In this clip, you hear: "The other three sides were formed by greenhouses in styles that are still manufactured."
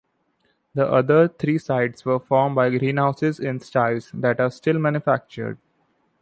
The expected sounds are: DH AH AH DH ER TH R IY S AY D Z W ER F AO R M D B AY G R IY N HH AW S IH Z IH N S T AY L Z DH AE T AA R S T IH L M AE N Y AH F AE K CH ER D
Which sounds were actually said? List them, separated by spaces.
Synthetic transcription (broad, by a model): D AH AH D ER T R IY S AY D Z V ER F AO R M B AY G R IY N HH AW S IH Z IH N S T AY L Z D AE T AA R S T IH L M AE N Y AH F AE K CH ER D